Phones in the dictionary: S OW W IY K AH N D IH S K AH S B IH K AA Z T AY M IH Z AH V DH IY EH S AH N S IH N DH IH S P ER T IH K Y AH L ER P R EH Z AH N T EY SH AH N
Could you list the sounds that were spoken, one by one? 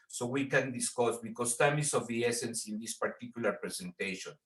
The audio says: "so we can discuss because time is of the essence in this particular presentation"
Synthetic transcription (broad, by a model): S OW W IY K AH N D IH S K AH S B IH K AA S T AY M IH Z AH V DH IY EH S AH N S IH N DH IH S P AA T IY K Y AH L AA P R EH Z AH N T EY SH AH N